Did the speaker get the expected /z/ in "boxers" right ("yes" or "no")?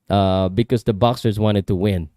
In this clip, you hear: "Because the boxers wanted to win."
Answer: yes